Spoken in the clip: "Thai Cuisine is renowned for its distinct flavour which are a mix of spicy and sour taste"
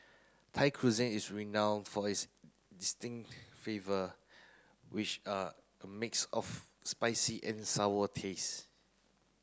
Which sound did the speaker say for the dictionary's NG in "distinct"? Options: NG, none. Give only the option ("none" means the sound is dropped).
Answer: NG